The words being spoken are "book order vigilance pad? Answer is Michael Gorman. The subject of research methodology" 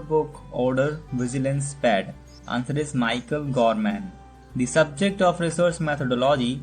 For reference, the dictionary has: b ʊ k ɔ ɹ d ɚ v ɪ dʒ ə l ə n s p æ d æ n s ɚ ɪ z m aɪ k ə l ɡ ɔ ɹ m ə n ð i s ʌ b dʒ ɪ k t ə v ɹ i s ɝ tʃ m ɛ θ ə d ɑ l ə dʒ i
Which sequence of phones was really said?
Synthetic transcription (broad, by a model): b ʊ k ɔ ɹ d ɚ v ɪ dʒ ə l ə n s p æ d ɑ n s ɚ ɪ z m aɪ k ə l ɡ ɔ ɹ m ə n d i s ʌ b dʒ ɪ k t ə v ɹ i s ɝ s m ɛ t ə d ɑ l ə dʒ i